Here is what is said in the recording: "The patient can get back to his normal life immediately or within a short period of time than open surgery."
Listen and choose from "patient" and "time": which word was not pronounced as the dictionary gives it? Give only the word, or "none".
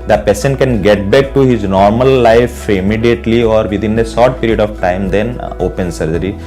patient